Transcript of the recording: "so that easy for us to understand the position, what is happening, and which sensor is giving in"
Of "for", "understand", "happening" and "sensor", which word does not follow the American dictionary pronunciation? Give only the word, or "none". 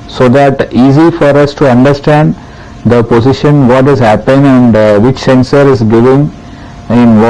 happening